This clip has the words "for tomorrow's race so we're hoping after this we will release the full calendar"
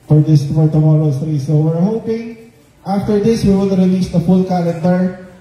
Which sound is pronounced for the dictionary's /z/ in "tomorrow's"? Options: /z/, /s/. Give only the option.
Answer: /s/